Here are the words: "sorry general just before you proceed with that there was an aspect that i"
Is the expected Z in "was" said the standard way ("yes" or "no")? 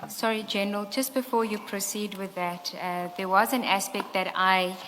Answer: yes